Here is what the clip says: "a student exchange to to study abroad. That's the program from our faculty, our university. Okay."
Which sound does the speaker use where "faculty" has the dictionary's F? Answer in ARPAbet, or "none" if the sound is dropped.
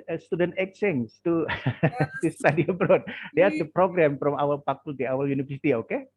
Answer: P